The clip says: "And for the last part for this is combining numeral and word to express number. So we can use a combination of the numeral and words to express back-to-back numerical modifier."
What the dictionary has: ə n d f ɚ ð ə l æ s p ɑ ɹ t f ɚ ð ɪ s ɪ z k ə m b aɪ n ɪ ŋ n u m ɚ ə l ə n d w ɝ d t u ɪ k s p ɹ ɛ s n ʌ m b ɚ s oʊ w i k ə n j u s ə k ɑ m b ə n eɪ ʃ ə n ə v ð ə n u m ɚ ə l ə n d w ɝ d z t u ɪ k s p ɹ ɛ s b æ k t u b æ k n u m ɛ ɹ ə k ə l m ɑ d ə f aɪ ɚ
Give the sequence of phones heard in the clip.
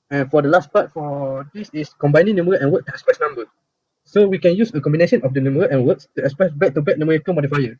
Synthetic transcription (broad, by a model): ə n f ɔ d ə l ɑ s p ɑ t f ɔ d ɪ s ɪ s k ə m b aɪ n ɪ ŋ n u m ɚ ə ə n w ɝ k t u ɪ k s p ɹ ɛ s n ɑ m b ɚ s oʊ w i k ə n j u s ə k ɑ m b ə n eɪ ʃ ə n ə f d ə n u m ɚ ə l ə n w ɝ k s t u ɪ k s p ɹ ɛ s b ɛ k t u b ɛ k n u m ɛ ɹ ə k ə n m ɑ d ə f aɪ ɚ